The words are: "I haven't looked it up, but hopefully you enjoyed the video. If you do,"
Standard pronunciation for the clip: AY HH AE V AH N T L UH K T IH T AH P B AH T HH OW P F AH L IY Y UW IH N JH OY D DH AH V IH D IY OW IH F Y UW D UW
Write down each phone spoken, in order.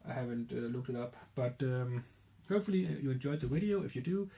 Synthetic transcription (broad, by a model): AY HH AE V AH N T L UH K T IH T AH P B AH T HH OW P F AH L IY Y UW IH N JH OY D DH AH V IH D IY OW IH F Y UW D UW